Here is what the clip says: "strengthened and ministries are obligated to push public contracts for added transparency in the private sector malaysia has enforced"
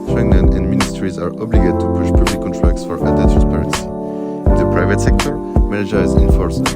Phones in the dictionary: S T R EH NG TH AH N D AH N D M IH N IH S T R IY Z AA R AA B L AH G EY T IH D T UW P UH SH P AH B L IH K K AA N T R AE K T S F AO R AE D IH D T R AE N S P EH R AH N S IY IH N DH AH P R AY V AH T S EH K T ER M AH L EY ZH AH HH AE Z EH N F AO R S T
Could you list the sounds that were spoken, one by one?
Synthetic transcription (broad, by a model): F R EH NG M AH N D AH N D M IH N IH S T R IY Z AA R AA B L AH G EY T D T UW P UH SH P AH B L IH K K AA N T R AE K T S F AO R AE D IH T R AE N S P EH R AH N S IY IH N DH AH P R AY V AH T S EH K T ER M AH N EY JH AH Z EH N F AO R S